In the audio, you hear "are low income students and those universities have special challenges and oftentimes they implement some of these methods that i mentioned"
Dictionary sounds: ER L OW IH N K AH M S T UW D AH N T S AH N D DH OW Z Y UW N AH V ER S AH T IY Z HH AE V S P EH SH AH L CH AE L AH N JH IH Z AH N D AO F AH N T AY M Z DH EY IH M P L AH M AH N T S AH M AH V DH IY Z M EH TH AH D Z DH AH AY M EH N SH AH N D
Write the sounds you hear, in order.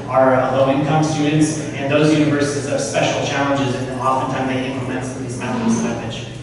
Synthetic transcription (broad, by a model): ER L OW IH N K AH M S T UW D N T S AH N DH OW Z Y UW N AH V ER S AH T IY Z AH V S P EH SH L CH AE L AH N JH IH Z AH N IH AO F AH N T AY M DH EY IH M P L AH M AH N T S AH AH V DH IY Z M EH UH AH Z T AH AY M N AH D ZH